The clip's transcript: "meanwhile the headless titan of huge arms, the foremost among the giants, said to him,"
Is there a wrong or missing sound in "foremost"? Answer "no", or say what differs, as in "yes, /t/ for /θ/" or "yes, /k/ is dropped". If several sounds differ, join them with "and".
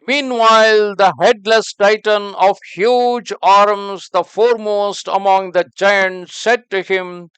no